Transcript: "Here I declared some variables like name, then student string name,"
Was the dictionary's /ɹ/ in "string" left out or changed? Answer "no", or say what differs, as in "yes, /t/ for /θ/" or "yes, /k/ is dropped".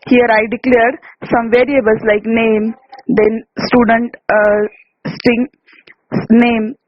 yes, /ɹ/ is dropped